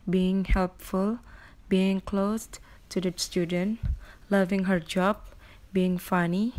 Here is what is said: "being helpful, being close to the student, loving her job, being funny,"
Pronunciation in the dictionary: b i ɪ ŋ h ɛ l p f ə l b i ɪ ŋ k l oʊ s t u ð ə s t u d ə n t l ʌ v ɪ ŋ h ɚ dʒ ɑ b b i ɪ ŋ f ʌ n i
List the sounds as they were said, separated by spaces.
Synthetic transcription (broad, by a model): b i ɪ ŋ h ɛ l p f ə l b i ɪ ŋ k l oʊ s t u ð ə s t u d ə n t l ʌ v ɪ ŋ h ɚ dʒ ɑ b b i ɪ ŋ f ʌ n i